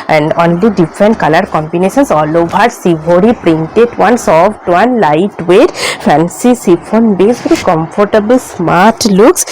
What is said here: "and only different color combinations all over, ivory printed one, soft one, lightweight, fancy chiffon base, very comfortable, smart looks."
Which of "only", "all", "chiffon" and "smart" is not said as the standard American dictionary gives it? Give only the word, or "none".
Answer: chiffon